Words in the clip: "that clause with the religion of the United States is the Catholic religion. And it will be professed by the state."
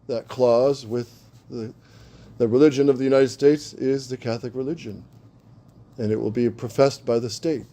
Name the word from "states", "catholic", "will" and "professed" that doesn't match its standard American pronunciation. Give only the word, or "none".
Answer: none